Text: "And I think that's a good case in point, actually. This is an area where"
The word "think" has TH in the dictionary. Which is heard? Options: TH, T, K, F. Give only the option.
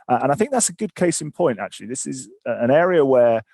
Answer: TH